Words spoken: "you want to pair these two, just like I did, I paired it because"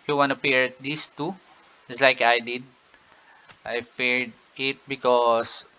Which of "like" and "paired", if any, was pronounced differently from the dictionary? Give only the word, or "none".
paired